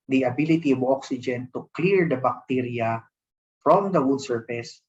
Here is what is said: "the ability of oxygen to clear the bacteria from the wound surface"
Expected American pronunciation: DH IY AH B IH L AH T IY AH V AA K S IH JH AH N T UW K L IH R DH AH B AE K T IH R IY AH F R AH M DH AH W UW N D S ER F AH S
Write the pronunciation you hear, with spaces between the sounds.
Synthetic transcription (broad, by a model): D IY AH B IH L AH T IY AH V AA K S IH JH AH N T UW K L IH R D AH B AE K T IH R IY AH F R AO M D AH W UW D S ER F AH S